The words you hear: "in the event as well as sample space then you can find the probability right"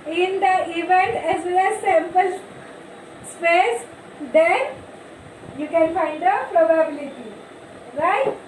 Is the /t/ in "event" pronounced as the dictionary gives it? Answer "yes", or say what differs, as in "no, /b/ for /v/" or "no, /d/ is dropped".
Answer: yes